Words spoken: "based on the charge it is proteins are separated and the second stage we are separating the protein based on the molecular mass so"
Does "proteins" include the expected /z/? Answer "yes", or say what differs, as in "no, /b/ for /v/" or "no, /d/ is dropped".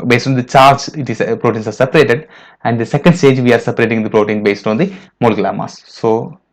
no, /s/ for /z/